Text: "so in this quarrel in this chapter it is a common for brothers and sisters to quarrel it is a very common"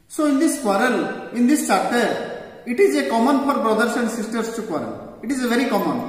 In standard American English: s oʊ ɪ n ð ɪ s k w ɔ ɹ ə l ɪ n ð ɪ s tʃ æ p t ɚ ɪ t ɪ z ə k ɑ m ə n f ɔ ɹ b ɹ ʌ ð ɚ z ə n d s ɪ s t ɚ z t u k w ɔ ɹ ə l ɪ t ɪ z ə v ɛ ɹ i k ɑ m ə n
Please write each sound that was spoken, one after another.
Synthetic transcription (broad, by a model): s oʊ ɪ n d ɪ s k w ɔ ɹ ə l ɪ n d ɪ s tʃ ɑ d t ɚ ɪ t ɪ z ə k ɑ m ə n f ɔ ɹ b ɹ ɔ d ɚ s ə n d s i s t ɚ s t u k w ɔ ɹ ə l ɪ t ɪ z ə v ɛ ɹ i k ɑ m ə n